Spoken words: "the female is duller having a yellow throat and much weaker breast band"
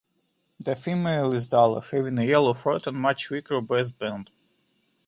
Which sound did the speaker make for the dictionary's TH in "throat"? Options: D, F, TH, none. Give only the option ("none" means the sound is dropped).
F